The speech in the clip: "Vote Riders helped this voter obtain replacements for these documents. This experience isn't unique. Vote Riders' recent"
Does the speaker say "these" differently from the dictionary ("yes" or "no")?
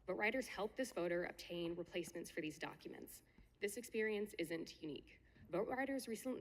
no